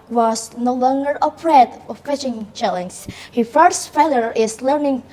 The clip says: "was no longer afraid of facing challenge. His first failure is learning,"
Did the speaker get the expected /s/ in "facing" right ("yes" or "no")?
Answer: no